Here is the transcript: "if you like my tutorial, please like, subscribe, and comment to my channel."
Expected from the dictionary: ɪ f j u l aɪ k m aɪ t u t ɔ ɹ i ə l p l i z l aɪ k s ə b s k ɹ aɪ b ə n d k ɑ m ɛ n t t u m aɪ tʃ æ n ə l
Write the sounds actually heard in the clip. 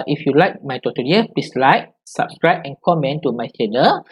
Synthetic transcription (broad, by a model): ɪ f j u l aɪ k m aɪ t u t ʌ i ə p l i s l aɪ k s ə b s k ɹ aɪ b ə n k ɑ m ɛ n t t u m aɪ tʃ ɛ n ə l